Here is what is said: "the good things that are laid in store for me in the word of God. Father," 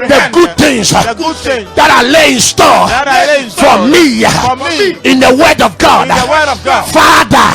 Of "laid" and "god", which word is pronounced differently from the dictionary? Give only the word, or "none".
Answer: laid